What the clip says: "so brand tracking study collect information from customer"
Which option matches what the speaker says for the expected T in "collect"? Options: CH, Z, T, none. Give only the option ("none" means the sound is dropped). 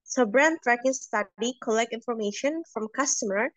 T